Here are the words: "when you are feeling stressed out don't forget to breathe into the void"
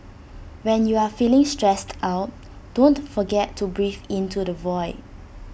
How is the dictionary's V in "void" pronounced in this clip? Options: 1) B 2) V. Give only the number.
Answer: 2